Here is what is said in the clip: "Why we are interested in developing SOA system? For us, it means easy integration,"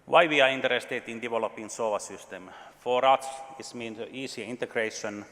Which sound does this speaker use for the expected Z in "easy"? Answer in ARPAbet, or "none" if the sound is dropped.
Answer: S